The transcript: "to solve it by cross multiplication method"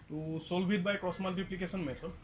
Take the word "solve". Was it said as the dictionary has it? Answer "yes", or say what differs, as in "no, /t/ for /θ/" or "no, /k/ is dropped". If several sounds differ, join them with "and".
no, /b/ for /v/